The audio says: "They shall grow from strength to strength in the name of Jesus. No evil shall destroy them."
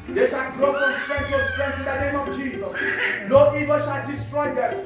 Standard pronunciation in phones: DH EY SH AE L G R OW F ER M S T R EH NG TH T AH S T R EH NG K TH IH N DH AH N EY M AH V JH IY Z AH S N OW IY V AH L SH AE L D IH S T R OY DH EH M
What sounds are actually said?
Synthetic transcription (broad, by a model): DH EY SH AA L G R OW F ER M S T R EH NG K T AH S T R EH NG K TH IH N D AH N EY M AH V JH IY Z AH S L OW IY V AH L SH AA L D IH S T R OY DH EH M